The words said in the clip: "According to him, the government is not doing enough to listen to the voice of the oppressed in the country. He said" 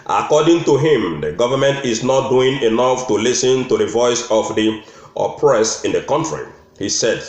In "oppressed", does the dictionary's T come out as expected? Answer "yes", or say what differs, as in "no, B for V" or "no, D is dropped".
no, T is dropped